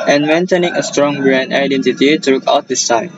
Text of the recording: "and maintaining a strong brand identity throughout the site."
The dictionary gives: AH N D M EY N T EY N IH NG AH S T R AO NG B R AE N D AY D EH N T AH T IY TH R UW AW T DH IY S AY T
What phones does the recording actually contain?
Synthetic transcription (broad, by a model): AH N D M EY N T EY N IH NG AH S T R AO NG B R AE N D AY D EH N T AH T IY T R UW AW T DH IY S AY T